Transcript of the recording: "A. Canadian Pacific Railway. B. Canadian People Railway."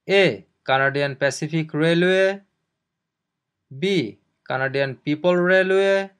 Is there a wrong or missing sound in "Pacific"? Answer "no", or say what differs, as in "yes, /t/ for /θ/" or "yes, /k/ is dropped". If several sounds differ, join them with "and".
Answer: yes, /p/ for /f/